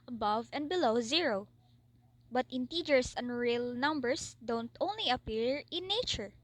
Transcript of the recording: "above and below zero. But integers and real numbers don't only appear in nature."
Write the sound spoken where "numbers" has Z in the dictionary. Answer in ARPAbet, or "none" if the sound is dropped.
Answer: S